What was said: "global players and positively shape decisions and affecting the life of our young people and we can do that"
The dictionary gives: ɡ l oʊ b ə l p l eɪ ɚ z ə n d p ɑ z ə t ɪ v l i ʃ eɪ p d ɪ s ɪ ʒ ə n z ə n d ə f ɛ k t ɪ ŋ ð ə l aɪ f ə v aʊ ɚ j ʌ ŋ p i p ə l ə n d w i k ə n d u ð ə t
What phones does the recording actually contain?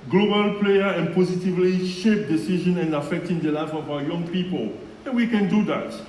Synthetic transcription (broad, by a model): ɡ l oʊ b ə l p l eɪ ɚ ə n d p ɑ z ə t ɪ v l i ʃ eɪ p d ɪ s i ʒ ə n ə n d ə f ɛ k t ɪ ŋ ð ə l aɪ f ə v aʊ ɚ j ʌ ŋ p i p ə l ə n w i k ə n d u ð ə t